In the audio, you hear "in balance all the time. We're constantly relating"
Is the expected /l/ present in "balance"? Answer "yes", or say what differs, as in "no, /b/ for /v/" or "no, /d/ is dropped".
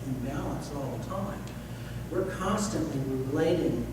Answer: yes